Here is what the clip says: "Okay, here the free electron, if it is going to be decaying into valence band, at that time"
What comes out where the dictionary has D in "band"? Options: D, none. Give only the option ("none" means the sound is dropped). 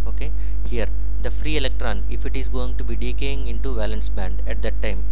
D